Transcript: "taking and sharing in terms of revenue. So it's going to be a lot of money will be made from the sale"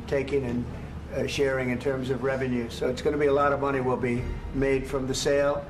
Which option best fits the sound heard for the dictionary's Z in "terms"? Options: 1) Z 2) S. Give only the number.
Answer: 1